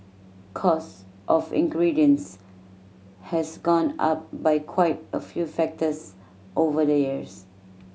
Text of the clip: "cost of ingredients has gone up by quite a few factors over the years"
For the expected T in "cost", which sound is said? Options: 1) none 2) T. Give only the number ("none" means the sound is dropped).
2